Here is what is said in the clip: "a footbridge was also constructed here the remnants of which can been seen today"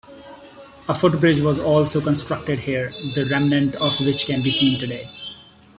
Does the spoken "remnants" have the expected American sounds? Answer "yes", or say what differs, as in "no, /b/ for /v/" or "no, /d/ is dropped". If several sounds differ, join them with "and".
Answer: no, /s/ is dropped